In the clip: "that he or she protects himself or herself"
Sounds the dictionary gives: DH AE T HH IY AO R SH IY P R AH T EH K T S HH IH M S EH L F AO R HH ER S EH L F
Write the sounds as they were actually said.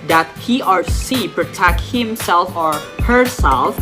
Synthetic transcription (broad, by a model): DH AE T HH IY AO R S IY P R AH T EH K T HH IH M S EH L F AO R HH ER S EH L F